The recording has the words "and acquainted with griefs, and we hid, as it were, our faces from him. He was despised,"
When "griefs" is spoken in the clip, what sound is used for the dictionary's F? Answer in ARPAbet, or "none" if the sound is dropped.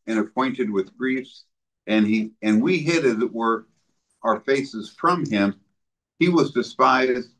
F